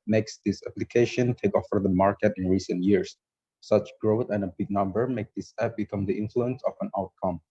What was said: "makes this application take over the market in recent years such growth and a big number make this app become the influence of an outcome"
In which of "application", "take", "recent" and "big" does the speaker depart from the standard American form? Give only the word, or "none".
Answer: none